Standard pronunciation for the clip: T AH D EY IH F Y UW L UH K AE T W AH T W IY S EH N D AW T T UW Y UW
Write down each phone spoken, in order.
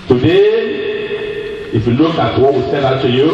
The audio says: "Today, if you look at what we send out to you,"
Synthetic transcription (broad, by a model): T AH D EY IH F Y UW L UH K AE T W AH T W IY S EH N AW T T UW Y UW